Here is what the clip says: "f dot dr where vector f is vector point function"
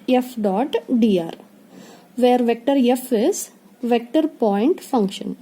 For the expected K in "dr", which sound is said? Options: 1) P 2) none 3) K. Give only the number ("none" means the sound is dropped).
2